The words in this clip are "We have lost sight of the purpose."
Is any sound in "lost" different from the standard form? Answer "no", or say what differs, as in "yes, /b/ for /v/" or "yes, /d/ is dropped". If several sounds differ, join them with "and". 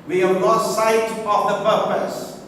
yes, /s/ is dropped